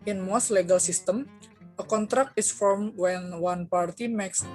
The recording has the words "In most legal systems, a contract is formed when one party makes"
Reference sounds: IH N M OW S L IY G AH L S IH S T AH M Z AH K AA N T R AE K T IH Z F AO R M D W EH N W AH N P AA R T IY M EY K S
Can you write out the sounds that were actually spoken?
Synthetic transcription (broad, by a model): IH N M OW S L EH G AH L S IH S T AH M AH K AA N T R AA K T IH S F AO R M W EH N W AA N P AA R T IY M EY K S